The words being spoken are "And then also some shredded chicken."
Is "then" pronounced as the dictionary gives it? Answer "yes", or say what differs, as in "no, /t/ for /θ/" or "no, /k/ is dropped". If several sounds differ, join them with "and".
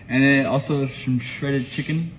no, /n/ is dropped